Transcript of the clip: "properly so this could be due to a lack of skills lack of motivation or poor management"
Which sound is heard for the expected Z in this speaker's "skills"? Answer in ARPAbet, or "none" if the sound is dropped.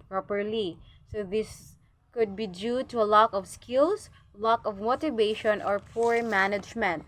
S